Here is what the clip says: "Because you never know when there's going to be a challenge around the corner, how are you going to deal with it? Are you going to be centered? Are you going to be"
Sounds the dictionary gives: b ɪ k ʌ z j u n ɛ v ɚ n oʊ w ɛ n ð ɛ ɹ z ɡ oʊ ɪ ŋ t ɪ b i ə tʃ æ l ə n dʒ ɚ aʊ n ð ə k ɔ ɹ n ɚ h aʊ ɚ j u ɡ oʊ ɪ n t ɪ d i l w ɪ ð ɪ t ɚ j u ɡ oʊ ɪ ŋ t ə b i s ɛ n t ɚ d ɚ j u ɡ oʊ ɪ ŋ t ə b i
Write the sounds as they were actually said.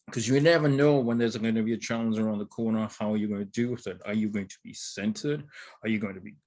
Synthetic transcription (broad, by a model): k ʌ z j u n ɛ v ɚ n oʊ w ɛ n ð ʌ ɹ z ɡ oʊ ɪ ŋ t ɪ b i ə tʃ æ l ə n z ɚ aʊ n ð ə k ɔ ɹ n ɚ h aʊ ɚ j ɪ ɡ oʊ ɪ n t ɪ d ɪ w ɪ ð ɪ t ɚ j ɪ ɡ oʊ ɪ ŋ t ə b i s ɛ n t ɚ d ɚ j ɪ ɡ oʊ ɪ ŋ t ə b i